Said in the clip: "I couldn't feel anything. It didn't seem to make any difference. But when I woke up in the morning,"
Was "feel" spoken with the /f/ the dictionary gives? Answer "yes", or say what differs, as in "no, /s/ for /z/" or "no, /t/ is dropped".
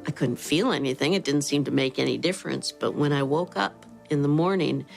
yes